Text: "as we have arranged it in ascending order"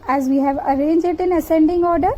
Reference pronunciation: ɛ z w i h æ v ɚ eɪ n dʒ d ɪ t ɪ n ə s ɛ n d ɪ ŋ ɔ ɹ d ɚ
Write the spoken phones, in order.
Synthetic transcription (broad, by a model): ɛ z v i h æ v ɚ eɪ n dʒ ɪ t ɪ n ə s ɛ n d ɪ ŋ ɔ ɹ d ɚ